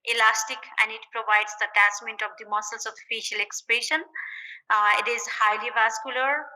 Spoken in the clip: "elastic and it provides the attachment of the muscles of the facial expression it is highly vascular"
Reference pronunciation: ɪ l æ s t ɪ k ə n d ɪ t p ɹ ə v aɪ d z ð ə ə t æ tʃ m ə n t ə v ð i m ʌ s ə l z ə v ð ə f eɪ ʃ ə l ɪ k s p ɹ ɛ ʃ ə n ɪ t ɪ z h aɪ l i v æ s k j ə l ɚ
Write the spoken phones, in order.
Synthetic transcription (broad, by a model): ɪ l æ s t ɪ k ə n d ɪ t p ɹ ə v aɪ d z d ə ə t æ s m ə n t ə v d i m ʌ s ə l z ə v f eɪ ʃ ə l ɪ k s p ɹ ɛ ʃ ə n ɪ t ɪ z h aɪ l i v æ s k j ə l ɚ